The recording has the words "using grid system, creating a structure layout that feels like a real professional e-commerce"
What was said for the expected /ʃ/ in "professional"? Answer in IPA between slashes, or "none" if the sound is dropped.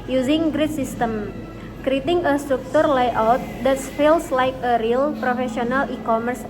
/s/